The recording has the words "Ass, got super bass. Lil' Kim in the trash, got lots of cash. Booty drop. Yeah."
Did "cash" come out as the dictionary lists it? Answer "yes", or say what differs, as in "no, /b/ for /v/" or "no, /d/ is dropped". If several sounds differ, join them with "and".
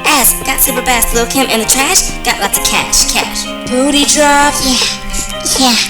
yes